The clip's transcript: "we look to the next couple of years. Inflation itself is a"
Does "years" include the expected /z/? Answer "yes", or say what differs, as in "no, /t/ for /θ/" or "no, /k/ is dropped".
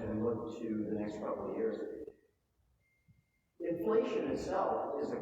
yes